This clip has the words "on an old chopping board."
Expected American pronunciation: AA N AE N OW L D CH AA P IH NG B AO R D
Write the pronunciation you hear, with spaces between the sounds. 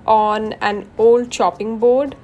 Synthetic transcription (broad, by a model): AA N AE N OW L D SH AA P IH NG B AO R D